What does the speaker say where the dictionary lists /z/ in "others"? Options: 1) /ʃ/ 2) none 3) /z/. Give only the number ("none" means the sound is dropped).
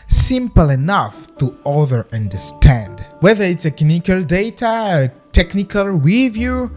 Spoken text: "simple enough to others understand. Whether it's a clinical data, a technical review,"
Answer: 2